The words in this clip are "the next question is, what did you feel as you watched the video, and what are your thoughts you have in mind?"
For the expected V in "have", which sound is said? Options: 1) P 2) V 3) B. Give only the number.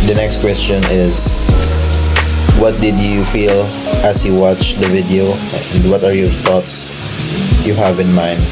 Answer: 2